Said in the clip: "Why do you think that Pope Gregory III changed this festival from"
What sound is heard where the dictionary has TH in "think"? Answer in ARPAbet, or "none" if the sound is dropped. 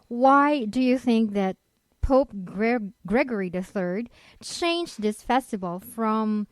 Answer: TH